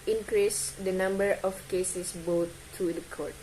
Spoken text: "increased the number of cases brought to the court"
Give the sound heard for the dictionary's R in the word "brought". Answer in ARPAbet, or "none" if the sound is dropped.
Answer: none